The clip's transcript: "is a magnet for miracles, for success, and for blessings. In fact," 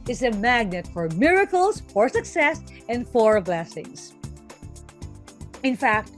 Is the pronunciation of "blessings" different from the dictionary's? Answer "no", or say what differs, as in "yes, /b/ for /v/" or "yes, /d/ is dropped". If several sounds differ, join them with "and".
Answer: yes, /s/ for /z/